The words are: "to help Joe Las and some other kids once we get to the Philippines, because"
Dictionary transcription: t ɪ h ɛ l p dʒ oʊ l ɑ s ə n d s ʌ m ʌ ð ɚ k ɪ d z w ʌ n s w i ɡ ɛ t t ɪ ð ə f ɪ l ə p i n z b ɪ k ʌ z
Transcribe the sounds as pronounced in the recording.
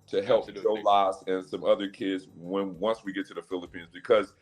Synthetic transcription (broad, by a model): t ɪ h ɛ l p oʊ l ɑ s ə n s ʌ m ʌ ð ɚ k ɪ d z w ʌ n s w i ɡ ɛ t t ɪ ð ə f ɪ l ə p i n z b ɪ k ʌ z